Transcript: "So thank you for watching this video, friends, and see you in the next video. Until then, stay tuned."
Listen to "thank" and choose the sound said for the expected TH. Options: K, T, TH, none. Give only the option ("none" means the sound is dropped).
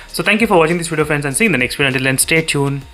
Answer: T